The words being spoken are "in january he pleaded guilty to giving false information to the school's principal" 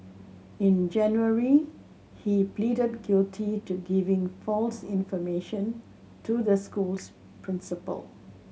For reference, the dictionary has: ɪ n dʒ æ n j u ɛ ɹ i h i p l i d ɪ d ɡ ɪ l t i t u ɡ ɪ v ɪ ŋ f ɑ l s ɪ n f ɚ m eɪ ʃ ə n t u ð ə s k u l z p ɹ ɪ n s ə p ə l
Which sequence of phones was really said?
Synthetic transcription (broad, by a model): ɪ n dʒ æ n j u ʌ ɹ i h i p l i d ɪ d ɡ ɪ l t i t u ɡ ɪ v ɪ ŋ f ɑ l s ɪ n f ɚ m eɪ ʃ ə n t u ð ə s k u l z p ɹ ɪ n s ə p ə l